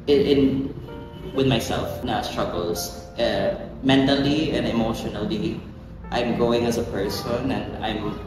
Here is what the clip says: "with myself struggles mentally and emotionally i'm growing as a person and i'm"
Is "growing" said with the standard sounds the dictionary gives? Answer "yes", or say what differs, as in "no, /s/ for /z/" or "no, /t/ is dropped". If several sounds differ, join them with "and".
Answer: no, /ɹ/ is dropped